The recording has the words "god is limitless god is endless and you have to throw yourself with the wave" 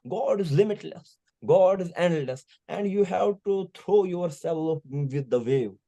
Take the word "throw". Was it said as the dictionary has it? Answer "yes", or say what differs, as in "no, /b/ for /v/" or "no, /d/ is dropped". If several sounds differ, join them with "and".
no, /t/ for /θ/